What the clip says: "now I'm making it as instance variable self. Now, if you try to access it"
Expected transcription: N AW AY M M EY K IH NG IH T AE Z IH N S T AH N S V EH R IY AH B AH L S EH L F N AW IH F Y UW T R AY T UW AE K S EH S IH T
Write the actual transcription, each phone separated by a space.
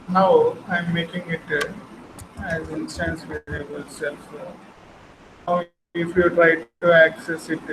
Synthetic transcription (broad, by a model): N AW AY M M EY K IH NG IH T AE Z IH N S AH N S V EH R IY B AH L S EH L F N AW IH F Y UW T R AY T UW AE K S EH S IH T